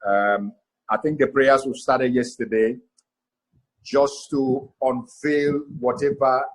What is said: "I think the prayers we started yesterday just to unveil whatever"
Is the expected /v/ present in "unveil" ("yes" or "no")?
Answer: no